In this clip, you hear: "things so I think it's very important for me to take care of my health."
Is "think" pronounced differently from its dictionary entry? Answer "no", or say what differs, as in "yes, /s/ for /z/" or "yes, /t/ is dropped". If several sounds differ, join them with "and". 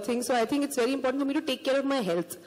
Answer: yes, /t/ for /θ/